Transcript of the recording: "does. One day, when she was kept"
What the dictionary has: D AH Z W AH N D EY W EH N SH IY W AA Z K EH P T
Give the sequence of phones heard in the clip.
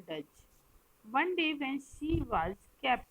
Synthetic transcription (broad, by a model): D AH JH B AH N D EY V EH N S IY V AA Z K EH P